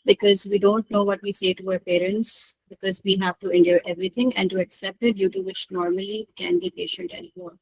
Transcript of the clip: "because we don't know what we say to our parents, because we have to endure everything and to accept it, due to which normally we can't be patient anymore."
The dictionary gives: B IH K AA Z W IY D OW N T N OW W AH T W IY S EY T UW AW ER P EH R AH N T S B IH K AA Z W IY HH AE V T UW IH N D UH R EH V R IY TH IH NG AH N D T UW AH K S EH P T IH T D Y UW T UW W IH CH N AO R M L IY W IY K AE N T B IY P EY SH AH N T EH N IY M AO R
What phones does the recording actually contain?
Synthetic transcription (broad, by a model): B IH K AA Z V IY D OW N T N OW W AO T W IY S EY T UW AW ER P EH R AH N T S B IH K AA Z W IY HH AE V T UW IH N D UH R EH V R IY T IH NG AH N D T UW AH K S EH P T IH T D Y UW T UW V IH CH N AO R M IY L IY K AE N B IY P EY SH AH N T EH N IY M AO R